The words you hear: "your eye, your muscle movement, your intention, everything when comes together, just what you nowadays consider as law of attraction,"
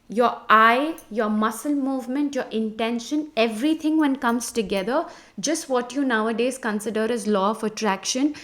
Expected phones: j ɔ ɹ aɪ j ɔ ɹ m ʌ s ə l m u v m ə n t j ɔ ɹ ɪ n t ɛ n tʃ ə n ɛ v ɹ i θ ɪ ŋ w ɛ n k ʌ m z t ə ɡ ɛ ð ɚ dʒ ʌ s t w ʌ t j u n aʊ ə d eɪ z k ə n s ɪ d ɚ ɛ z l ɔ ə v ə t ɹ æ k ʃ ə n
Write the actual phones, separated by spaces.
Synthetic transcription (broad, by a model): j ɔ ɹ aɪ j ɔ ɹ m ʌ s ə l m u v m ə n t j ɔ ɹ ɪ n t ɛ n ʃ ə n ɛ v ɹ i t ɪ ŋ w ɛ n k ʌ m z t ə ɡ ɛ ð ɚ dʒ ʌ s t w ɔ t j u n aʊ ə d eɪ z k ə n s ɪ d ɚ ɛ z l ɔ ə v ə t ɹ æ k ʃ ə n